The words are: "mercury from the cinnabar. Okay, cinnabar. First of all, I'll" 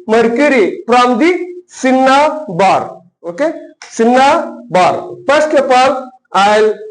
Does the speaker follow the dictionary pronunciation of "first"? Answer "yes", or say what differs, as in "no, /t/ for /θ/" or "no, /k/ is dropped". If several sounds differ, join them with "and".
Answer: no, /p/ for /f/